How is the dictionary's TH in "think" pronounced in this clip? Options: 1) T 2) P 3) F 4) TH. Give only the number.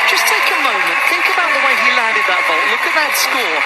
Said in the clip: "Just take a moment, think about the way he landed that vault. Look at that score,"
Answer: 4